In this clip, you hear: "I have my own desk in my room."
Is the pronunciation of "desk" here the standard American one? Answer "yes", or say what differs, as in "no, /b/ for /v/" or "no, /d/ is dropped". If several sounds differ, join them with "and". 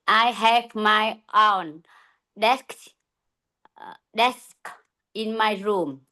yes